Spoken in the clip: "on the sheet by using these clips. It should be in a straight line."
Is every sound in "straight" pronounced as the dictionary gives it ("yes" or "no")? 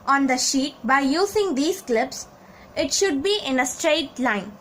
yes